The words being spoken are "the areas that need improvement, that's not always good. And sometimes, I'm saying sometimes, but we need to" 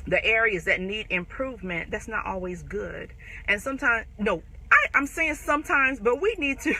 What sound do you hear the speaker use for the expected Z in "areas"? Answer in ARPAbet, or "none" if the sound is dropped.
Z